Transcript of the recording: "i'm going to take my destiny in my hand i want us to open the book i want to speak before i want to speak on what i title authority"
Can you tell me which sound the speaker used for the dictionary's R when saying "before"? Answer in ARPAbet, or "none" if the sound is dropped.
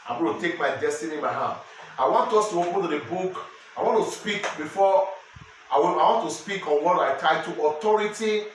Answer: W